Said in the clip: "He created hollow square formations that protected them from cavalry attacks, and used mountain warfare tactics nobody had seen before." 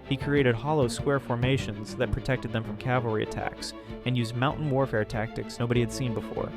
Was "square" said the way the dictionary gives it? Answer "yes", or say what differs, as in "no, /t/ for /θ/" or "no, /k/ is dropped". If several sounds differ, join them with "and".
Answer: yes